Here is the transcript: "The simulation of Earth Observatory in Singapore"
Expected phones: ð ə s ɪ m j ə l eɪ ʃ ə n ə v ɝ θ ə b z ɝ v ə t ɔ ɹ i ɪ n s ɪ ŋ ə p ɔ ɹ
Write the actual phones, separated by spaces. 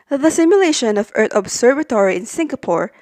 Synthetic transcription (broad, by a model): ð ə s ɪ m j ə l eɪ ʃ ə n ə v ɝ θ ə b s ɝ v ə t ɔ ɹ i ɪ n s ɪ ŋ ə p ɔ ɹ